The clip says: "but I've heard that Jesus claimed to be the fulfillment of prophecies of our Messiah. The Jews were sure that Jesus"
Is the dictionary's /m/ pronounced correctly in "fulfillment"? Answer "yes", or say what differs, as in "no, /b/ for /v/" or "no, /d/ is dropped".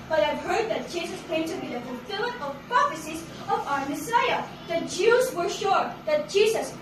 no, /m/ is dropped